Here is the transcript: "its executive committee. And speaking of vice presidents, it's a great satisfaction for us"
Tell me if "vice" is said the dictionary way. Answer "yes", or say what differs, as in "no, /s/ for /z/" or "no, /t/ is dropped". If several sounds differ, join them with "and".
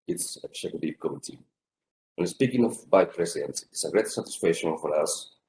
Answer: no, /s/ is dropped